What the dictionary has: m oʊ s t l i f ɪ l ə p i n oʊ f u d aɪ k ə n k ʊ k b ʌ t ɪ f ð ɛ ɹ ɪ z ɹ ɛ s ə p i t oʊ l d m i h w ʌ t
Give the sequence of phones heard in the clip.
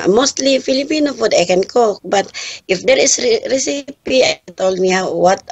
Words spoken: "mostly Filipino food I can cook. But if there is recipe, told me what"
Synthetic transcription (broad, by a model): m oʊ s t l i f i l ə p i n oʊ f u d aɪ k ə n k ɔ k b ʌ t ɪ f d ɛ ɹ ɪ s ɹ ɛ s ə p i t oʊ l d m i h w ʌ t